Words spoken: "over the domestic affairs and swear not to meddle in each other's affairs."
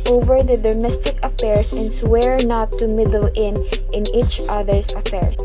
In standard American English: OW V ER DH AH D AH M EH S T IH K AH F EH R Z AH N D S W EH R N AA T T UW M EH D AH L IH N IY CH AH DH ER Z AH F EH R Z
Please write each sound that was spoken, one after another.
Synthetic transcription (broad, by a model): OW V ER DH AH D AH M EH S T IH K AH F EH R S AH N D S W EH R N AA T T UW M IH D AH N IH N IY CH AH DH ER S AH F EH R